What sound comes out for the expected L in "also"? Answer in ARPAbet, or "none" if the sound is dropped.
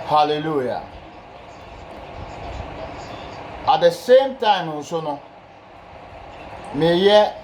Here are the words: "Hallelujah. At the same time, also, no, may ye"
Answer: none